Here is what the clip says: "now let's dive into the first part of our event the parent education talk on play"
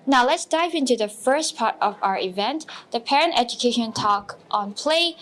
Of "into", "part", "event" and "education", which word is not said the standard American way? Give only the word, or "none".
none